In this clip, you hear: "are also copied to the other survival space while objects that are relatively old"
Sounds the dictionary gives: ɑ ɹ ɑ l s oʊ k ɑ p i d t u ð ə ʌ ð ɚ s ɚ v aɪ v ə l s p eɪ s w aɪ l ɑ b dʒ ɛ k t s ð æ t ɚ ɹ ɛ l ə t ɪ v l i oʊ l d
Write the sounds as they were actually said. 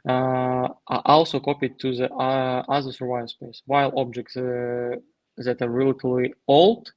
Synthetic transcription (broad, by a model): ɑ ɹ ɑ l s oʊ k ɑ p i d t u ð ə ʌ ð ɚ s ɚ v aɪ ə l s p eɪ s w aɪ l ɑ b dʒ ɛ k t s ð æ t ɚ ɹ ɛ l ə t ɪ l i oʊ l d